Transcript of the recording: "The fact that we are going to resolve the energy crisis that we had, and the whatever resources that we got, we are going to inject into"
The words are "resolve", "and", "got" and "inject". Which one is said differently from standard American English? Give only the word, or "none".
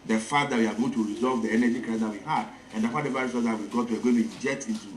inject